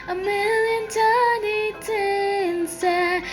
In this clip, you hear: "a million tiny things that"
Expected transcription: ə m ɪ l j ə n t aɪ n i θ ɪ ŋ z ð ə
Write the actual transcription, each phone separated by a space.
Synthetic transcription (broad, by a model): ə m ɪ l j ə n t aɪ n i t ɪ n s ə